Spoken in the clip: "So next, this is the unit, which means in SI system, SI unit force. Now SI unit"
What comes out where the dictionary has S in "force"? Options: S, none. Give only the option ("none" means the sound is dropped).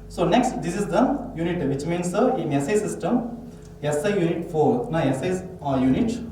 none